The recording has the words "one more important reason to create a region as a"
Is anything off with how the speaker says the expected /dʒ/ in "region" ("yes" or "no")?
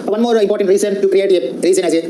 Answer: yes